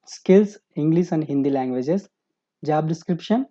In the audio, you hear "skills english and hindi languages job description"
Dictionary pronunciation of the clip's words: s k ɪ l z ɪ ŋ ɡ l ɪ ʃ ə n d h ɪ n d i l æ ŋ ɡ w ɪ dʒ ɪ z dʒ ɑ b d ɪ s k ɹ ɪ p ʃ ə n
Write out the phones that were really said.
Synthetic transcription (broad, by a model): s k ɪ l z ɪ ŋ ɡ l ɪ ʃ ə n d h ɪ n d i l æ ŋ ɡ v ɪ dʒ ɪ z dʒ ɑ b d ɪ s k ɹ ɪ p ʃ ə n